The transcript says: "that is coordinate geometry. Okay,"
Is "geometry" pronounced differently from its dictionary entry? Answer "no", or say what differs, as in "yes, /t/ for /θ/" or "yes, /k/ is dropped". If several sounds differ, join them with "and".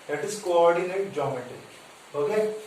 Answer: yes, /ɹ/ is dropped